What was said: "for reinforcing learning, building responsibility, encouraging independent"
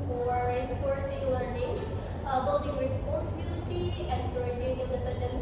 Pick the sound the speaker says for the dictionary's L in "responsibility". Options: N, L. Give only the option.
N